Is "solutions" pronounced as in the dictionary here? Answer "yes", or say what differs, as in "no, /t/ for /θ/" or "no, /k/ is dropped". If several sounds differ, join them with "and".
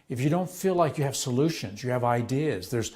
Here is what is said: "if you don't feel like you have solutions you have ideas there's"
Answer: yes